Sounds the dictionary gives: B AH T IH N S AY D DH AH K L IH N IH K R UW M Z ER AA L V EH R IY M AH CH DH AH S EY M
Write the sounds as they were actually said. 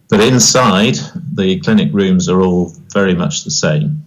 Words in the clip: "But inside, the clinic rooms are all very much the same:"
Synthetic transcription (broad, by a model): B AH T IH N S AY D DH AH K L IH N IH K R UW M Z ER AA L V EH R IY M AH CH DH AH S EY M